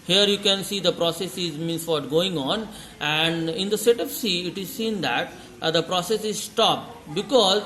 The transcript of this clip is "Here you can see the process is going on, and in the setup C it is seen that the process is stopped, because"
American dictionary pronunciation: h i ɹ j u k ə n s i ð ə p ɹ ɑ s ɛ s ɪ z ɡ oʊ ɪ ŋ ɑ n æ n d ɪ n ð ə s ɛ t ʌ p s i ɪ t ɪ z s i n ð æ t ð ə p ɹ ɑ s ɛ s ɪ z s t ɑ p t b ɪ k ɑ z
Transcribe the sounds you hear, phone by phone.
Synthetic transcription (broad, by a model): h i ɹ j u k ə n s i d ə p ɹ ɑ s ɛ s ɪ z ɡ oʊ ɪ ŋ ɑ n æ n d ɪ n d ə s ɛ t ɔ f s i ɪ t ɪ z s i n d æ t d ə p ɹ ɑ s ɛ s ɪ z s t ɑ p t b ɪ k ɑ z